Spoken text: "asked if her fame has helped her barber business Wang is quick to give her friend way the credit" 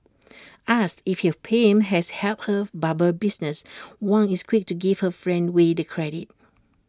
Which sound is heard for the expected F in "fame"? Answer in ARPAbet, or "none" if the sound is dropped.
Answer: P